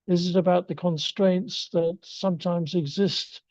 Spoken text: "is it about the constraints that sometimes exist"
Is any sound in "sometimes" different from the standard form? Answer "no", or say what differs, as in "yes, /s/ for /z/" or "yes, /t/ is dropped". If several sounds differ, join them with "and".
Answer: no